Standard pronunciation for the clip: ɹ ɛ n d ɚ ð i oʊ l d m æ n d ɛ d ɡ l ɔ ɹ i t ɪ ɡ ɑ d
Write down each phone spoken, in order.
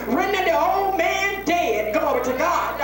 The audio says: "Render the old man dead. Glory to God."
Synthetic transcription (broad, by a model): ɹ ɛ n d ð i oʊ l d m æ n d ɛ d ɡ ɔ i t ɪ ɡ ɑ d